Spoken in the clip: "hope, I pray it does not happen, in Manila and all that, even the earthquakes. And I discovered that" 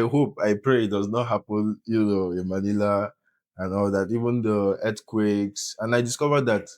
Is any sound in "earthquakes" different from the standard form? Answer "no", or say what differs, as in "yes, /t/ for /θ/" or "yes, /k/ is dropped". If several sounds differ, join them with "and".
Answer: yes, /t/ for /θ/